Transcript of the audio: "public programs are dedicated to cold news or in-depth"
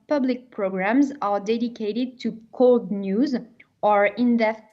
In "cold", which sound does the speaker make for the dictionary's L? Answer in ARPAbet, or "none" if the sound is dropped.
L